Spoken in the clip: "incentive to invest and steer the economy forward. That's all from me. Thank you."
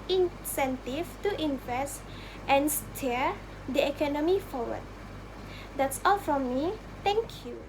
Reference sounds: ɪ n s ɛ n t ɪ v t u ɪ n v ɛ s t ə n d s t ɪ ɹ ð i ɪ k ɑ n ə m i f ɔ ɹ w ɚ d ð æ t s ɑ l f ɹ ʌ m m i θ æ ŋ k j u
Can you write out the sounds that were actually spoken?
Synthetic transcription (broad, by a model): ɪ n s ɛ n t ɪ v t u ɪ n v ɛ s t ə n s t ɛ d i ɪ k ɑ n ə m i f ɔ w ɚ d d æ t s ɑ l f ɹ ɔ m m i t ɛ ŋ k j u